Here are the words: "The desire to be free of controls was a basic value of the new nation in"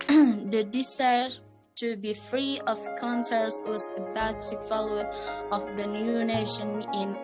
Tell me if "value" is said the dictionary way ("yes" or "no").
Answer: no